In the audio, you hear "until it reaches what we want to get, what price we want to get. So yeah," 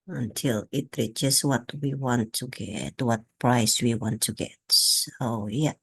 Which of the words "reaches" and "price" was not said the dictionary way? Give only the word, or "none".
reaches